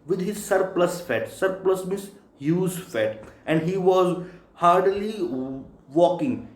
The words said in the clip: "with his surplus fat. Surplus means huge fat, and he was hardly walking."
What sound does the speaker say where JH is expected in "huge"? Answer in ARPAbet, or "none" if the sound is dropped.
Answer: Z